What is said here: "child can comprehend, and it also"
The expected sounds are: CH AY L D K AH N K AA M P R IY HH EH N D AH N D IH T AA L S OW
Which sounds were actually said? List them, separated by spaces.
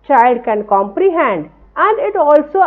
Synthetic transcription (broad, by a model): CH AY L D K AH N K AA M P R IY HH EH N D AH N D IH T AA L S OW